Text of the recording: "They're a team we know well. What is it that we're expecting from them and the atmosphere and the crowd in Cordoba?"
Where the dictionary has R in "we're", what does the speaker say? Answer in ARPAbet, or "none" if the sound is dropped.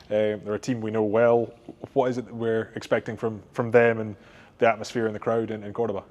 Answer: R